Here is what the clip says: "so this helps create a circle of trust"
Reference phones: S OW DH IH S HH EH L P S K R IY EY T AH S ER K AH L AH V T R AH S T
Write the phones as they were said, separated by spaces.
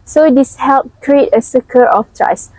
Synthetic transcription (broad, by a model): S OW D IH S HH EH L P K R IY EY T AH S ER K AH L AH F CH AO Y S